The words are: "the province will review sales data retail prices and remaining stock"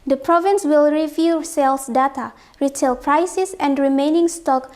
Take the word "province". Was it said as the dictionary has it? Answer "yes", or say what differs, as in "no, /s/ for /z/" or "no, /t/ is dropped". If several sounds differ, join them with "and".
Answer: yes